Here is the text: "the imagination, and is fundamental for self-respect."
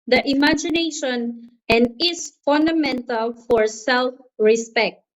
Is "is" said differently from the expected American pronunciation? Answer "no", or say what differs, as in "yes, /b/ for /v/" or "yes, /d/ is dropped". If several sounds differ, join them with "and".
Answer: yes, /s/ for /z/